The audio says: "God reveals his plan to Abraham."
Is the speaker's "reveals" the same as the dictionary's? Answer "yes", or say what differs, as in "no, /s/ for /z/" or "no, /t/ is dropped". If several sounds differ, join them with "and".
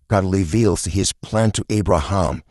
no, /l/ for /ɹ/